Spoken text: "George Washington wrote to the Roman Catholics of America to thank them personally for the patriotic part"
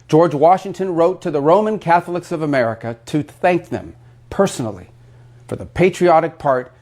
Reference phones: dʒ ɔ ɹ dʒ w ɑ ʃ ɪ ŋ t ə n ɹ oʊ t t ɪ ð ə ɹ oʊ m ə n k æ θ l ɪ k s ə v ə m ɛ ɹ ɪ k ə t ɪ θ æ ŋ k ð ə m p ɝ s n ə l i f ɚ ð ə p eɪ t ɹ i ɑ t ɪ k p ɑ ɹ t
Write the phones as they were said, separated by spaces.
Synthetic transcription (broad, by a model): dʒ ɔ ɹ dʒ w ɑ ʃ ɪ ŋ t ə n ɹ oʊ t t ɪ ð ə ɹ oʊ m ə n k æ θ l ɪ k s ə v ə m ɛ ɹ ɪ k ə t ɪ θ æ ŋ k ð ə m p ɝ s n l i f ɚ ð ə p eɪ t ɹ i ɑ t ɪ k p ɑ ɹ t